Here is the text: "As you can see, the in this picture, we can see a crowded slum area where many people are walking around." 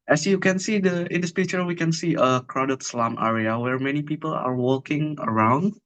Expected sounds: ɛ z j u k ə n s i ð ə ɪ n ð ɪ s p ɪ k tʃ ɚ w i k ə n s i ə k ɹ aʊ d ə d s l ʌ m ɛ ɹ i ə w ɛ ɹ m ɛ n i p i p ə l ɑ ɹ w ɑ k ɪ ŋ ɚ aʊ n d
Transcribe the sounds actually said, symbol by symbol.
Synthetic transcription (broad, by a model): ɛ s j u k ə n s i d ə ɪ n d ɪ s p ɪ tʃ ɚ w i k ə n s i ə k ɹ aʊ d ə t s l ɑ m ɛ ɹ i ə w ɛ ɹ m ɛ n i p i p ə l ɑ ɹ w ɑ k ɪ ŋ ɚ aʊ n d